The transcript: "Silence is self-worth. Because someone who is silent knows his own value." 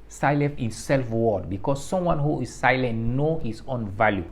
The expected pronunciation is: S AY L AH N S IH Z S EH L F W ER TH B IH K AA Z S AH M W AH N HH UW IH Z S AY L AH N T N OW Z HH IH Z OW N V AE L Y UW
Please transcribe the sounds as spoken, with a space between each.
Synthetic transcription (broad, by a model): S AY L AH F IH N S EH L F W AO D B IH K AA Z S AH M W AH N HH UW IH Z S AY L AH N T N OW HH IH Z OW N V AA L Y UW